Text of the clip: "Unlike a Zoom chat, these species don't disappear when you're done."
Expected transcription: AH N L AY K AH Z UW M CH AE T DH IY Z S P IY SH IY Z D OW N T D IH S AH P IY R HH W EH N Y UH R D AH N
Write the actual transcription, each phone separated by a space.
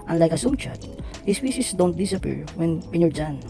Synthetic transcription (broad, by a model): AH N L AY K AH S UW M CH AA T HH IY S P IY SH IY S D OW N T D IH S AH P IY R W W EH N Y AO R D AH N